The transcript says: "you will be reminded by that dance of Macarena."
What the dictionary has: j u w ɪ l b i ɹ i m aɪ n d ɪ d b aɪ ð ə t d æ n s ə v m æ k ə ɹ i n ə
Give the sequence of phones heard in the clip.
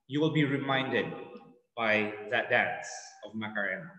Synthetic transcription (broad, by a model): j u w ɪ l b i ɹ i m aɪ n d ɪ d b aɪ ð ə t d æ n s ə v m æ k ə ɹ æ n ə